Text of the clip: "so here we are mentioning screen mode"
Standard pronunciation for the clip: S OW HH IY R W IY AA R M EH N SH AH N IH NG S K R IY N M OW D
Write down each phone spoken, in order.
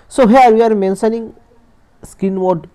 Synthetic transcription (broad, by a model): S OW HH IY R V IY AA R M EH N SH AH N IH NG S K IY N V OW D